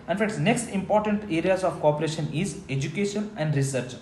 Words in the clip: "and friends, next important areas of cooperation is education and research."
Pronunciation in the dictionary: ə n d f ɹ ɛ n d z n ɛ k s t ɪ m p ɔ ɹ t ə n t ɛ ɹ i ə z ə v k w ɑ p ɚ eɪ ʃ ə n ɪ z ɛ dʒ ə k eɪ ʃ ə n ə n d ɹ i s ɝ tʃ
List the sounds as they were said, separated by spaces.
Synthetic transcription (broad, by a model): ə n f ɛ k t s n ɛ k s t ɪ m p ɔ ɹ t ə n t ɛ ɹ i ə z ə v k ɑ p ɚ eɪ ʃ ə n ɪ z ɛ dʒ ə k eɪ ʃ ə n ə n d ɹ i s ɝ tʃ